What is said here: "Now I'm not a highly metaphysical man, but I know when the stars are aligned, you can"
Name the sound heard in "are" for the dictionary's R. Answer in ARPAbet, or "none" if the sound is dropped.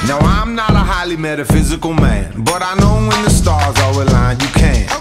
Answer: W